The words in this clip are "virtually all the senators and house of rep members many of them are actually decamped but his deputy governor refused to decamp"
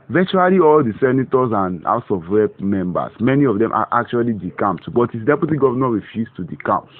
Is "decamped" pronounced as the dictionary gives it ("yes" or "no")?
no